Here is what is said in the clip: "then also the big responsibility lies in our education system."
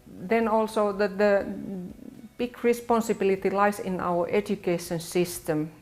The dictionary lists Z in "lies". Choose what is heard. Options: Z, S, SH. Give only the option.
S